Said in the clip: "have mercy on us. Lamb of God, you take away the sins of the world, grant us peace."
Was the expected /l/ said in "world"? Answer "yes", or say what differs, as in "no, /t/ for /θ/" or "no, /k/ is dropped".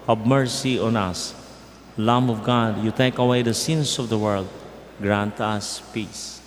yes